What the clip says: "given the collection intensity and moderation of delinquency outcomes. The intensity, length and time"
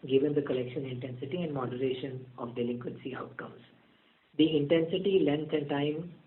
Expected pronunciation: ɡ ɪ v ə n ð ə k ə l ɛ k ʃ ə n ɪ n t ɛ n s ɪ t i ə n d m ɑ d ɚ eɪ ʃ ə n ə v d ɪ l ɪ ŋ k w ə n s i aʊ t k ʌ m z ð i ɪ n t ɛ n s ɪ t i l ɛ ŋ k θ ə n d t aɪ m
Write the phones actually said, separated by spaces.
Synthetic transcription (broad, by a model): ɡ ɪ v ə n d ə k ə l ɛ k ʃ ə n ɪ n t ɛ n s ɪ t i ə n d m ɑ d ɚ eɪ ʃ ə n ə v d ɪ l ɪ ŋ k w ə n s i aʊ t k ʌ m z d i ɪ n t ɛ n s ɪ t i l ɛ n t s ə n d t aɪ m